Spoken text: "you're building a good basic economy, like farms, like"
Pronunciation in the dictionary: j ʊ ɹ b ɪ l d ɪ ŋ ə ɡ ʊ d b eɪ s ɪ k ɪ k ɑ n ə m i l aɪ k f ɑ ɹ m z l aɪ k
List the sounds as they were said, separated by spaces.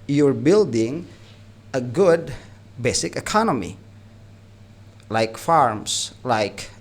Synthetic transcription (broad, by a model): j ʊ ɹ b ɪ l d ɪ ŋ ə ɡ ʊ d b eɪ s ɪ k ɪ k ɑ n ə m i l aɪ k f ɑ ɹ m s l aɪ k